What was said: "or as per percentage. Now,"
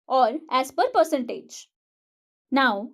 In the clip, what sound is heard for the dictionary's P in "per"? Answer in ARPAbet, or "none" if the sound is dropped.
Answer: P